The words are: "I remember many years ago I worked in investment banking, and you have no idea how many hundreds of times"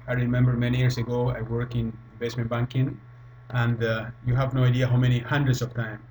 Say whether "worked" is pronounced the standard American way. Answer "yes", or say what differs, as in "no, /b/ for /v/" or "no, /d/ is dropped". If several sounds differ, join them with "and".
no, /t/ is dropped